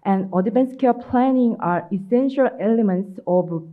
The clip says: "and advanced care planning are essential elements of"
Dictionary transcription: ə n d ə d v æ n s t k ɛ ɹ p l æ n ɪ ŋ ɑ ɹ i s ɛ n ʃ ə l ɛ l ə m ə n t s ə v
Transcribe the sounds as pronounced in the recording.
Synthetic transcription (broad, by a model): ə n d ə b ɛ n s k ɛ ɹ p l æ n ɪ ŋ ɑ ɹ i s ɛ n ʃ ə l ɛ l ə m ə n t s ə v